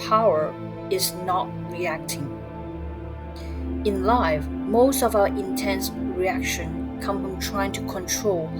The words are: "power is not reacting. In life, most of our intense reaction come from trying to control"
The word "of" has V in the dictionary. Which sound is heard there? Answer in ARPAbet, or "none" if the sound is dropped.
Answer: V